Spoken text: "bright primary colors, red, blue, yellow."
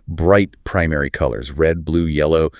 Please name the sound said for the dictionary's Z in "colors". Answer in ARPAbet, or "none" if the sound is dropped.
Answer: Z